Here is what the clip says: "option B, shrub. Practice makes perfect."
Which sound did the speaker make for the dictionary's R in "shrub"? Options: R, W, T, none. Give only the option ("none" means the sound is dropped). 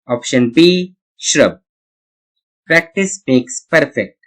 R